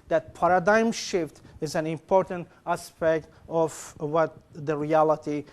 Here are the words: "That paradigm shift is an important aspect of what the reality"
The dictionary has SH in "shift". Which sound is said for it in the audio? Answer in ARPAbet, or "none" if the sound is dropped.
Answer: SH